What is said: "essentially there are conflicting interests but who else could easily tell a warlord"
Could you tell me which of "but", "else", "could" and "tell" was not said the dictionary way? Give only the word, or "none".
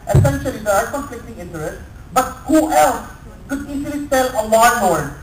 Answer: tell